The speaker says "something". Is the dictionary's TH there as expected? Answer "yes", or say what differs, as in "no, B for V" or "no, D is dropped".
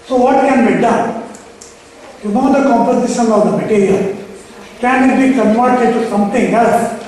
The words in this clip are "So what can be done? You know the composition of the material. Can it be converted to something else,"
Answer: no, T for TH